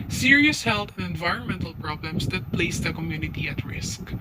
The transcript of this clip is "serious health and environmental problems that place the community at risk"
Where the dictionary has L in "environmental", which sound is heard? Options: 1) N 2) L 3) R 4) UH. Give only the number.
2